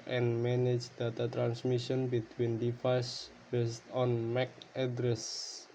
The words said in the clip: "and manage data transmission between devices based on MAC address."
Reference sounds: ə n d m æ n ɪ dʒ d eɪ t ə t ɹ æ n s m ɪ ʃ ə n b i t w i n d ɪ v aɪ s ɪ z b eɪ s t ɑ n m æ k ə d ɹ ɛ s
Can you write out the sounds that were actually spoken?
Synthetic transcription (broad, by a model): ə n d m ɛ n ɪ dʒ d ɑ t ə t ɹ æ n s m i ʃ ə n b i t w i n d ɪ f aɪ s b eɪ s t ɑ n m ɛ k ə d ɹ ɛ s